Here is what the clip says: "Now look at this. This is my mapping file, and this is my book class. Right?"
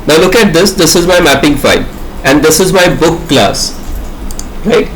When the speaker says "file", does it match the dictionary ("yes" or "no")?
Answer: no